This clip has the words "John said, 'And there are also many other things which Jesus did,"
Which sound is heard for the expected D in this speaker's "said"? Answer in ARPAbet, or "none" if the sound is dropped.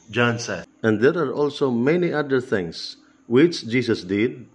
none